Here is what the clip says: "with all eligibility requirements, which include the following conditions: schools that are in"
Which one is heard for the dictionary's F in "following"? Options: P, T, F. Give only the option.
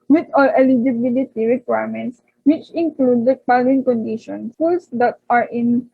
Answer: P